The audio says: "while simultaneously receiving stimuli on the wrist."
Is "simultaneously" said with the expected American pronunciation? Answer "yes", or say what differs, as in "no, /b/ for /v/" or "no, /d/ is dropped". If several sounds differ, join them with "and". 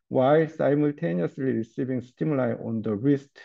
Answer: yes